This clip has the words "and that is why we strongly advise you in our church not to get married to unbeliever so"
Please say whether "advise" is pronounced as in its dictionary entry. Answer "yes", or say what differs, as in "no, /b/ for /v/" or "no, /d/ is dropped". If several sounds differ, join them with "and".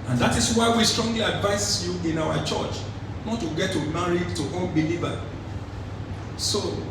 no, /s/ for /z/